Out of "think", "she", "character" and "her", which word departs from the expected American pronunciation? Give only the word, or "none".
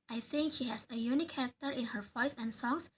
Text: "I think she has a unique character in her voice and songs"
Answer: none